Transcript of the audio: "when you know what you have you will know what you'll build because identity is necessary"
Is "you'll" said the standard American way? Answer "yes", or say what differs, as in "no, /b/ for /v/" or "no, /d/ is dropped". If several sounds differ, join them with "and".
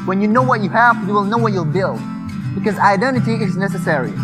yes